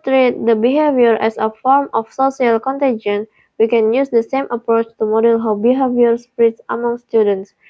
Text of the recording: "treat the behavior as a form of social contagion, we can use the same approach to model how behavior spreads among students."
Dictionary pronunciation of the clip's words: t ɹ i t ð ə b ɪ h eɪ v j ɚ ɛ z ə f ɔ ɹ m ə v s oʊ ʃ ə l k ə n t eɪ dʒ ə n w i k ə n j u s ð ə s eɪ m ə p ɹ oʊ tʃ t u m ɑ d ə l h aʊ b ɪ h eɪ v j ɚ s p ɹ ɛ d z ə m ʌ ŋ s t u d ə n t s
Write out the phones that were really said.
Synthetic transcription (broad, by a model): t ɹ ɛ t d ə b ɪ h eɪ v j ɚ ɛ s ə f ɔ ɹ m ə f s oʊ s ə l k ə n t eɪ dʒ ə n w i k ə n j u s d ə s eɪ m ə p ɹ oʊ tʃ t u m ɑ d ə l h aʊ b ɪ h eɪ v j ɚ s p ɹ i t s ə m ʌ ŋ s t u d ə n t s